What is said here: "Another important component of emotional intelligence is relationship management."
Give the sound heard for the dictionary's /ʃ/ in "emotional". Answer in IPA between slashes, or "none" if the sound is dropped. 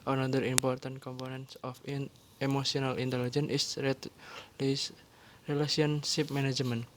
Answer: /s/